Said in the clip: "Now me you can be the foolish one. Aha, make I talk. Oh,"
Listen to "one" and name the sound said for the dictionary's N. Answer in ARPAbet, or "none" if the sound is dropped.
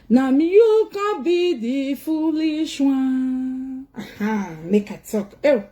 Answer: none